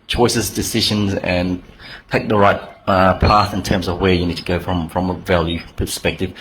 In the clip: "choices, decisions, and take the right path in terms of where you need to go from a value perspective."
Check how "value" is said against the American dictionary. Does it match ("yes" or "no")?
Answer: yes